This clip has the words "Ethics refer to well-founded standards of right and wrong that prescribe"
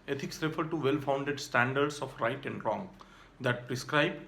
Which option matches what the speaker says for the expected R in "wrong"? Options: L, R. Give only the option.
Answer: R